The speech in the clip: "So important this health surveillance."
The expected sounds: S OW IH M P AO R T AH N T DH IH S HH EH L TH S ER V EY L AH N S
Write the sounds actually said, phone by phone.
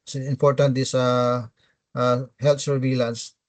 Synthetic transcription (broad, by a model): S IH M P AO R T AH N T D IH S HH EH L T S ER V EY L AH N S